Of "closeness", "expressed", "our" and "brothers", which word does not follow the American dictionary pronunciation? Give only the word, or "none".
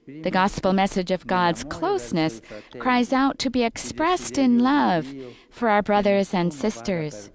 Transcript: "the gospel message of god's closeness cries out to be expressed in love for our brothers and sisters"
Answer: none